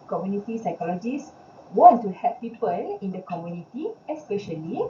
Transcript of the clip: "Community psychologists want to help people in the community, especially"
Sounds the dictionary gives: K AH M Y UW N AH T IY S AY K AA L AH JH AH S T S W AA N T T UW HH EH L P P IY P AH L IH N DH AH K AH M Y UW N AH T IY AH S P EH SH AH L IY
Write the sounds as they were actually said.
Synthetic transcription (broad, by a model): K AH M Y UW N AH T IY S AY K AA L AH JH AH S S W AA N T T UW HH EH P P IY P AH L IH N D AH K AH M Y UW N AH T IY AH S P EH SH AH L IY